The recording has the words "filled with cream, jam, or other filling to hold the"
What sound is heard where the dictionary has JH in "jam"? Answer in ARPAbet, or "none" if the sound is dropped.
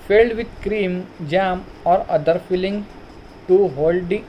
JH